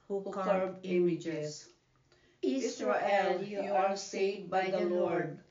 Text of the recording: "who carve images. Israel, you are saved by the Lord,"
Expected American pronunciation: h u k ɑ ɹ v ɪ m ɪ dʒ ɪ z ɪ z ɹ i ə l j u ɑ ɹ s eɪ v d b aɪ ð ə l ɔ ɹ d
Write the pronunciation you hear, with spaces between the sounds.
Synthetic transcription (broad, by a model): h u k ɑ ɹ ɪ m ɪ dʒ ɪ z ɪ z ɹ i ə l j u ɑ ɹ s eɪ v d b aɪ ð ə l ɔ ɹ d